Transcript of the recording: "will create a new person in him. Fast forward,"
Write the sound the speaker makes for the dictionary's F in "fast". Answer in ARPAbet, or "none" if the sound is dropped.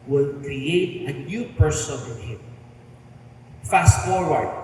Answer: F